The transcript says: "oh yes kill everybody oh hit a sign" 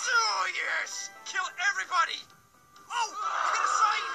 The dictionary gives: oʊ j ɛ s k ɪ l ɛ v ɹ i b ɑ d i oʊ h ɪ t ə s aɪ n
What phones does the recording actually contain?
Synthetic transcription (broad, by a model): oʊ j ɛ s k ɪ l ɛ v ɹ i b ɑ d i oʊ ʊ ə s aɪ